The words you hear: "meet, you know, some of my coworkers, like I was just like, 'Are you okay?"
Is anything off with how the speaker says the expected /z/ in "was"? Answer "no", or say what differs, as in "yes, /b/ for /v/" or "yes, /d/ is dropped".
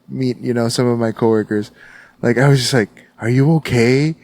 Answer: no